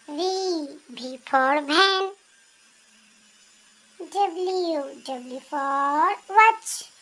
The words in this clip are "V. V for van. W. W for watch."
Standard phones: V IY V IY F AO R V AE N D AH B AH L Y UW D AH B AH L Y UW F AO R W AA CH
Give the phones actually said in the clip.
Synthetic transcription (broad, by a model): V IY B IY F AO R B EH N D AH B L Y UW D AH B L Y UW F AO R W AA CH